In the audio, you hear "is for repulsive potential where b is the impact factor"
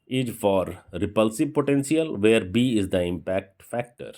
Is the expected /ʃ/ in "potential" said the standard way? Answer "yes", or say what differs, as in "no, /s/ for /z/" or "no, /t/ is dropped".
no, /s/ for /ʃ/